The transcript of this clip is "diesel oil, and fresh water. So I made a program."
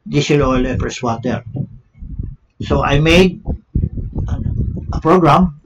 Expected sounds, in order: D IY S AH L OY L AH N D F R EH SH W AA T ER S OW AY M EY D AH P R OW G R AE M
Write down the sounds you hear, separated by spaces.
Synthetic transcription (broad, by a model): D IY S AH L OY L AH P R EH S W AA T ER S OW AY M EY D AH P R OW G R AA M